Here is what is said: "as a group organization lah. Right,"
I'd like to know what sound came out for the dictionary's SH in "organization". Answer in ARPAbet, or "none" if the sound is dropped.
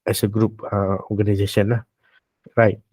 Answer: S